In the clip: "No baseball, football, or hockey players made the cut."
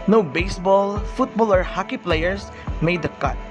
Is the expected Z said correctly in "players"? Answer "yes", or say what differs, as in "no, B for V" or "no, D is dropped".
no, S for Z